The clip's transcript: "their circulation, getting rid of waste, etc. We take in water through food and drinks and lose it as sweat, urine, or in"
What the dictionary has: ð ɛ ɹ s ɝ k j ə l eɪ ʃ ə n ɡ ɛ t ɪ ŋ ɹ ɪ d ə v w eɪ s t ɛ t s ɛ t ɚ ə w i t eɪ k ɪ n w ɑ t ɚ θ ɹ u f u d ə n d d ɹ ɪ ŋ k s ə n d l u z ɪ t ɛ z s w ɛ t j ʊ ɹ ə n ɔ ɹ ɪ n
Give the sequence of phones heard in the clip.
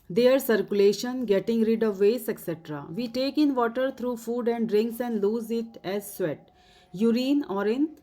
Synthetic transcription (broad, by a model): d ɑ ɹ s ɝ k j ə l eɪ ʃ ə n ɡ ɛ t ɪ ŋ ɹ ɪ d ə v eɪ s ɛ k s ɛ t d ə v i t eɪ k ɪ n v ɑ t ɚ t ɹ u f u d ə n d d ɹ ɪ ŋ k s ə n d l u z ɪ t ɛ z s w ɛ t j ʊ ɹ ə n ɔ ɹ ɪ n